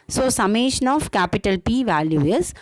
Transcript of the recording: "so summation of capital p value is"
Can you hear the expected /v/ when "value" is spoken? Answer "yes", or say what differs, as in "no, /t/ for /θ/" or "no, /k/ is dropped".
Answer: yes